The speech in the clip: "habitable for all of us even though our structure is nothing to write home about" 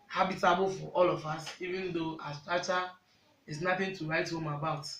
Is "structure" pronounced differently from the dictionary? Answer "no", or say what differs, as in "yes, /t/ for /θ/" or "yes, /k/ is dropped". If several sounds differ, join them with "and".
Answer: yes, /ɹ/ is dropped and /k/ is dropped